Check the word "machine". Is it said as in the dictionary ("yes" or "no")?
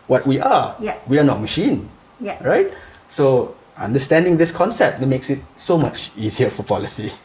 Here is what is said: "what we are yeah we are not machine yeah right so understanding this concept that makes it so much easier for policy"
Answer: yes